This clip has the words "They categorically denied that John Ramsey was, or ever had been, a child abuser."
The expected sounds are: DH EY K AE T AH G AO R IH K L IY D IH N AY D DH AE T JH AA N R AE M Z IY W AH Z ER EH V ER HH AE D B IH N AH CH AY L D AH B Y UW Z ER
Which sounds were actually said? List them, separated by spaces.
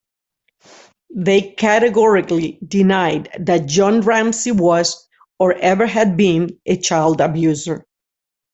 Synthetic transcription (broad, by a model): DH EY K AE T AH G AO R IH K L IY D IH N AY D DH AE T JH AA N R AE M S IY W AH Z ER EH V ER HH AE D B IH N AH CH AY L D AH B Y UW Z ER